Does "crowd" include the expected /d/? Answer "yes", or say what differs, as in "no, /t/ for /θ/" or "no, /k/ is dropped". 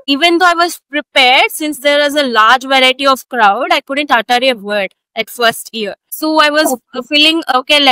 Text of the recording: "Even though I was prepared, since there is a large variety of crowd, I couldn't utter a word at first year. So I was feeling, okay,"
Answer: yes